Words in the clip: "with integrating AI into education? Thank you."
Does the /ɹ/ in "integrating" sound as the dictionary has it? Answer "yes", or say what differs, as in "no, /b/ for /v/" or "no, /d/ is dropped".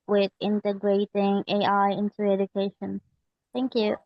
yes